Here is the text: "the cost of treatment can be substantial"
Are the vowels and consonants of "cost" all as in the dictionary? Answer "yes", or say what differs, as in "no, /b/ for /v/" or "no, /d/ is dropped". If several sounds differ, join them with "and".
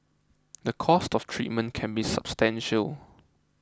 yes